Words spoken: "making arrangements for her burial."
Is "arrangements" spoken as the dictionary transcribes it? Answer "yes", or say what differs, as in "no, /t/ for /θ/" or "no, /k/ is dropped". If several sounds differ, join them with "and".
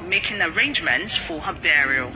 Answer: yes